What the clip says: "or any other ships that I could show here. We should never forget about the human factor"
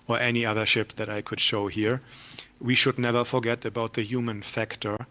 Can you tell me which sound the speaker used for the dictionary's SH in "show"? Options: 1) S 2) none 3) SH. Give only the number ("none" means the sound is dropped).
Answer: 3